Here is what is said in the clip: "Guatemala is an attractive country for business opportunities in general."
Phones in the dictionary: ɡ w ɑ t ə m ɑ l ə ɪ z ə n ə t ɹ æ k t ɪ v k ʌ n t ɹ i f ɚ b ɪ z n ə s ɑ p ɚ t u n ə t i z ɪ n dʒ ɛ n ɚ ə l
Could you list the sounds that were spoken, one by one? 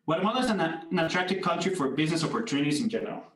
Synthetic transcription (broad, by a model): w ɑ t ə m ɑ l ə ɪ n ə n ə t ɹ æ k t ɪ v k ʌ n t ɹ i f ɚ b ɪ z n ə s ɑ p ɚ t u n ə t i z ɪ n dʒ ɛ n ɚ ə l